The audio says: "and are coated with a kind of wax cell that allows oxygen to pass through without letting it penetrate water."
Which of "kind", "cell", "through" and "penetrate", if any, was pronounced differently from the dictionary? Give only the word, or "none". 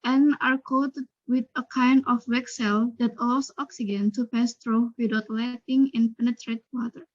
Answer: through